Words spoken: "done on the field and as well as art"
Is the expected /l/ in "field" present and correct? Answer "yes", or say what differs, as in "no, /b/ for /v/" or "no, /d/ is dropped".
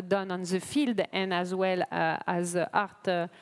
yes